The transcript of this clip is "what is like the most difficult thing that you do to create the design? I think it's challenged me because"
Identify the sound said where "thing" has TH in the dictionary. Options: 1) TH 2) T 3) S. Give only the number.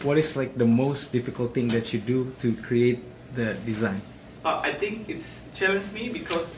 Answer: 2